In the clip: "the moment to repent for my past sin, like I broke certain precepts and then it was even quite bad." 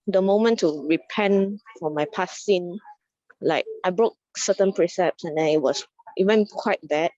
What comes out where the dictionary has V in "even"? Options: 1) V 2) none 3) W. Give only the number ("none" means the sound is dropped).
3